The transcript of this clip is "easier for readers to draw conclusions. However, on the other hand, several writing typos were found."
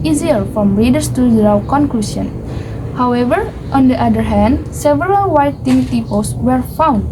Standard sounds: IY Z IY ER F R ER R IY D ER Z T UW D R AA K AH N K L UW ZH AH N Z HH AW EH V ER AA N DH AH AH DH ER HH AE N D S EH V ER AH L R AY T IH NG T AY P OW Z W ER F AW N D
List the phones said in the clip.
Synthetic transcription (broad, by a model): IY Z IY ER F R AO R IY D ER S T UW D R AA K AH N K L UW S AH N HH AW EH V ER AA N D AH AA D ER HH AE N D S EH V ER AH L W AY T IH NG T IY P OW S W ER F AW N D